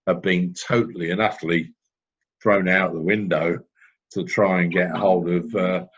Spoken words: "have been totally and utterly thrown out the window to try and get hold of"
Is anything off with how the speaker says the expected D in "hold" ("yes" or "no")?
no